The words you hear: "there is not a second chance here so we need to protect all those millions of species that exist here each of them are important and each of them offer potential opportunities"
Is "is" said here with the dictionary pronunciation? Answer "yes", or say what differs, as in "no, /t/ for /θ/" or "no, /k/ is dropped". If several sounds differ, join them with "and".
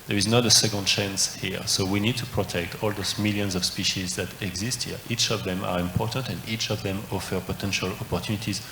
yes